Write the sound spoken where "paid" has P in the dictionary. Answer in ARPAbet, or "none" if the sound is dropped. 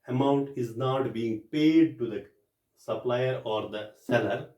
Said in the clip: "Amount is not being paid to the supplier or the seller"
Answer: P